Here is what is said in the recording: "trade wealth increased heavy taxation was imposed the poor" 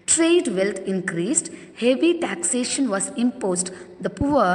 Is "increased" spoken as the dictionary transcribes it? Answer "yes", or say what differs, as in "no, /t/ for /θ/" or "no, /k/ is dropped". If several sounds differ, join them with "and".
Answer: yes